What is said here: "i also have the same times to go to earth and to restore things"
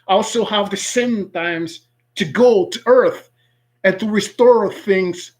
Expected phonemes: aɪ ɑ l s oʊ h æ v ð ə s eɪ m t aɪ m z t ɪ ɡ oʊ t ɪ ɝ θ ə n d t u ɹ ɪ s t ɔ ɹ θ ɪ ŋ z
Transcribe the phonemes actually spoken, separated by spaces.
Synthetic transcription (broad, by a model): ɑ l s oʊ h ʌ v ð ə s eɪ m t aɪ m z t ɪ ɡ oʊ t ɪ ɝ θ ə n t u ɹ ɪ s t ɔ ɹ θ ɪ ŋ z